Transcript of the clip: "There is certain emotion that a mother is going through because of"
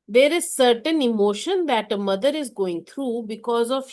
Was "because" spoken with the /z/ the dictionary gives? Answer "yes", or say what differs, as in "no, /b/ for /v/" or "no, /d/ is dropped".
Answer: yes